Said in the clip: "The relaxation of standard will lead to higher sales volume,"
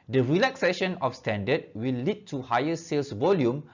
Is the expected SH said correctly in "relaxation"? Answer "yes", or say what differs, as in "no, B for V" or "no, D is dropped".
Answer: yes